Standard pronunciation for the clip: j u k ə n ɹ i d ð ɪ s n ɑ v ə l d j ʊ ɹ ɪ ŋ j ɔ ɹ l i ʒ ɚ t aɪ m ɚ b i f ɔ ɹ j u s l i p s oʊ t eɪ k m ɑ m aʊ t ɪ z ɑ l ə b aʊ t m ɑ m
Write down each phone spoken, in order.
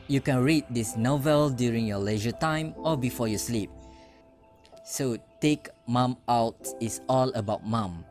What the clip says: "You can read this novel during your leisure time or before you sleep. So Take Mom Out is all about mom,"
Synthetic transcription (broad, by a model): j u k ə n ɹ i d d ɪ s n ɑ v ə l d j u ɹ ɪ ŋ j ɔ l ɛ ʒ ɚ t aɪ m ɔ b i f ɔ j u s l i p s oʊ t eɪ k m ɑ m aʊ t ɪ s ɑ l ə b aʊ t m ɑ m